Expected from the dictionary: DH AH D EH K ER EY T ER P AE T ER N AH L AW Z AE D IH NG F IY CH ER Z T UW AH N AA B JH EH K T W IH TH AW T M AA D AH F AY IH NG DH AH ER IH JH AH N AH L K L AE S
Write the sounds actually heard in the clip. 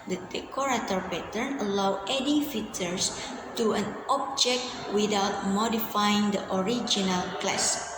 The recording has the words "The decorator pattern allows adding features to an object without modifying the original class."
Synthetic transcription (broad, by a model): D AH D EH K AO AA T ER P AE T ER N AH L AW EH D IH F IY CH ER S T UW AH N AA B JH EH K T W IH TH AW T M AA D AH F AY IH NG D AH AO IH JH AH N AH L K L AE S